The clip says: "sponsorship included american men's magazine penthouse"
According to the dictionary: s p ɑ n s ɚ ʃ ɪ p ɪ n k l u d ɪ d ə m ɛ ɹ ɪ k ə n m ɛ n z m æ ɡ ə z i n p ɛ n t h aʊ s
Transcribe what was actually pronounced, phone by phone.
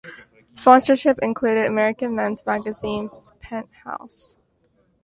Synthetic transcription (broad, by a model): s p ɑ n s ɚ ʃ ɪ p ɪ n k l u d ɪ d ə m ɛ ɹ ɪ k ə n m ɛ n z m æ ɡ ə z i n p ɛ n t h aʊ s